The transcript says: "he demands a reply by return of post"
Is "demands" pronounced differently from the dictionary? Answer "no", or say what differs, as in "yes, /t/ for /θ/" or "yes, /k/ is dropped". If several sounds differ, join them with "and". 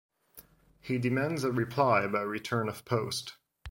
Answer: no